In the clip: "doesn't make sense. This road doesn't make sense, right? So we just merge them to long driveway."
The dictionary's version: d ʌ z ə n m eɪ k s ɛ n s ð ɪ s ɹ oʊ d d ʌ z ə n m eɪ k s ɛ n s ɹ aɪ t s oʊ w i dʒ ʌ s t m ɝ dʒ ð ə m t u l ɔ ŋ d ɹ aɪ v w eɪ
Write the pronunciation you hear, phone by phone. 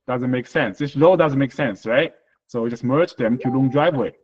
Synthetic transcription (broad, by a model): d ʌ z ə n m eɪ k s ɛ n s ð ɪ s l oʊ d d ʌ z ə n m eɪ k s ɛ n s ɹ aɪ t s oʊ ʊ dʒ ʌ s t m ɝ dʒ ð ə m t u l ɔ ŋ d ɹ aɪ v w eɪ